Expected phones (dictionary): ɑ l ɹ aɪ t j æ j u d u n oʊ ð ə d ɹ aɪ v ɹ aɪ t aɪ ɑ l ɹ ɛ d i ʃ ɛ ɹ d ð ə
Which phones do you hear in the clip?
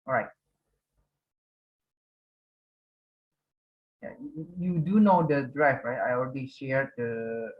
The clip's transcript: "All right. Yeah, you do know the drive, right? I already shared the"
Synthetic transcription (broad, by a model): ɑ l ɹ aɪ t j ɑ j u d u n oʊ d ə d ɹ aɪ f ɹ aɪ t aɪ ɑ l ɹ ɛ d i ʃ ɛ ɹ d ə